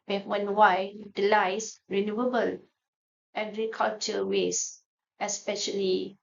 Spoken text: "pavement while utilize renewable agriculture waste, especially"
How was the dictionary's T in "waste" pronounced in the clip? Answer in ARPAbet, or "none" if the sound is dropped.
none